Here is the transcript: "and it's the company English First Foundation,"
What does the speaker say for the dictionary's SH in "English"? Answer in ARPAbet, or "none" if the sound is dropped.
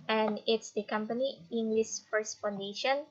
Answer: S